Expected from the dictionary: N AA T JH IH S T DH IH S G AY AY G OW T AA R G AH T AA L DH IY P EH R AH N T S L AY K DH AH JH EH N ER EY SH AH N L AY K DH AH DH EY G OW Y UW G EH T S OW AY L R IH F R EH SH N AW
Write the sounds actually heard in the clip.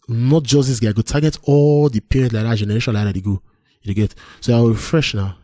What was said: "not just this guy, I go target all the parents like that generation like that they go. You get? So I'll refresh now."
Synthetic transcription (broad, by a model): N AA T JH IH S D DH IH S G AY AY G OW T AA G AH T AA L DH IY P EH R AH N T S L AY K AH JH EH N ER EY SH AH N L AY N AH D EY G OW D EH G EH T S OW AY W R IH F R EH SH N AW